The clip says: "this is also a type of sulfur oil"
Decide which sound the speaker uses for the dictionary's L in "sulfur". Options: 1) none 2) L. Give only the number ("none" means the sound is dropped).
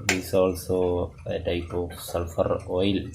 2